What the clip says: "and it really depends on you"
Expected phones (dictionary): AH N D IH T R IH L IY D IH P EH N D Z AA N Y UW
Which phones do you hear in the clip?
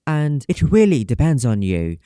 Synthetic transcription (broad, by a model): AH N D IH T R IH L IY D IH P EH N D Z N Y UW